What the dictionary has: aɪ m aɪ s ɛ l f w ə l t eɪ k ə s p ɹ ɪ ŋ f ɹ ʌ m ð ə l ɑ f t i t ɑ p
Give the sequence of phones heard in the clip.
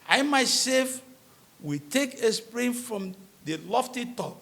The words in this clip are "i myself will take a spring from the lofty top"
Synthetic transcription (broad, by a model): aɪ m aɪ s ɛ f w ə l t eɪ k ə s p ɹ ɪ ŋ f ɹ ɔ m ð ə l ɑ f t i t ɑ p